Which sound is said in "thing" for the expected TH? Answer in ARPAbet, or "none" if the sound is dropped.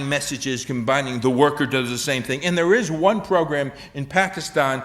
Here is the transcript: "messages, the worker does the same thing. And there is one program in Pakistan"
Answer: TH